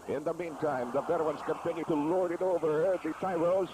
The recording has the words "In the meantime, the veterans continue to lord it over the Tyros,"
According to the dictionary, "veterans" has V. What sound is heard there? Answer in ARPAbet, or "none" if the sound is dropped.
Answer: B